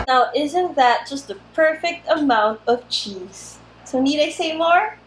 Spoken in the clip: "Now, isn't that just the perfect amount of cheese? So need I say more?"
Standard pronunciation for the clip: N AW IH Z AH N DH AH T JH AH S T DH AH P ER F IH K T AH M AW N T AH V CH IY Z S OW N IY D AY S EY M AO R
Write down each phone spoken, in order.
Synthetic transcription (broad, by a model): N AW IH Z AH N DH AH T JH AH S T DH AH P ER F IH K T AH M AW N T AH V CH IY Z S OW N IY D AY S EY M AO R